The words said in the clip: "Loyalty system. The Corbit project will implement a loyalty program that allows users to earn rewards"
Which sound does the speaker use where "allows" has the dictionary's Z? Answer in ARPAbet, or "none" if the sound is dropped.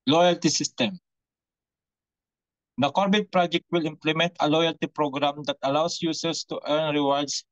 S